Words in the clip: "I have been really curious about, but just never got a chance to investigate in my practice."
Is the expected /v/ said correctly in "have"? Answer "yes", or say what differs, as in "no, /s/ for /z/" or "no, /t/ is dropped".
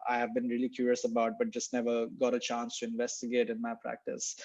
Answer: yes